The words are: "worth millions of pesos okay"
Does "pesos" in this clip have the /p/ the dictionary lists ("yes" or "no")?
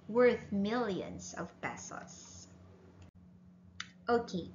no